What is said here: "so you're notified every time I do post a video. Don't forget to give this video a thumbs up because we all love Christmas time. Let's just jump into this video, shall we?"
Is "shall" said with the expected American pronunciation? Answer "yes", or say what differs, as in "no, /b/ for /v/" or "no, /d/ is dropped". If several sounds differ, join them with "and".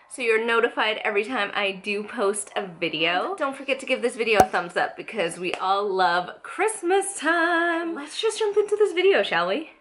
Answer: yes